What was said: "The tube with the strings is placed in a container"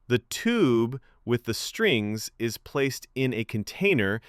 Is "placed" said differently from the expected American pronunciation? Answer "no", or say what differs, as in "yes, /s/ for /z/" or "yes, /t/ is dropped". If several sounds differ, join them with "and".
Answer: no